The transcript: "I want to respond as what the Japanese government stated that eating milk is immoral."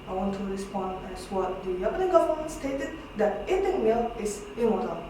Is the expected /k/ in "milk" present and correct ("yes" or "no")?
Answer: no